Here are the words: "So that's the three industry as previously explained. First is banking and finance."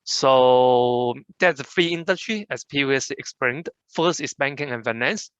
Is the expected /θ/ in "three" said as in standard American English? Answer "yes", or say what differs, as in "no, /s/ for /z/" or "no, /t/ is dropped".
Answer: no, /f/ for /θ/